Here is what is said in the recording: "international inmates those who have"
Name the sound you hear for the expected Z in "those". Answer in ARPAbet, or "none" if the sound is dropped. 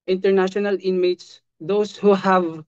S